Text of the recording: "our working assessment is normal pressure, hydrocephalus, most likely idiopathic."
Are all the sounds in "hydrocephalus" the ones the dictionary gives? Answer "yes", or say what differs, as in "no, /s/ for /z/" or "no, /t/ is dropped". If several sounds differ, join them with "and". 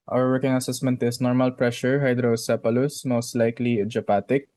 no, /p/ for /f/